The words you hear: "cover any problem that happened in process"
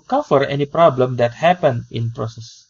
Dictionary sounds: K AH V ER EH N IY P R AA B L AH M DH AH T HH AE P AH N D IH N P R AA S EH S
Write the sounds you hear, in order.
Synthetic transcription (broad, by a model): K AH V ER EH N IY P R AA B L AH M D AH T HH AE P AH N IH N P R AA S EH S